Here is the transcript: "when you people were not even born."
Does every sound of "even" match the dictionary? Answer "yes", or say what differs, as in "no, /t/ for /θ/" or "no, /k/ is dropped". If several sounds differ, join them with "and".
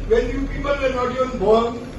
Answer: no, /v/ is dropped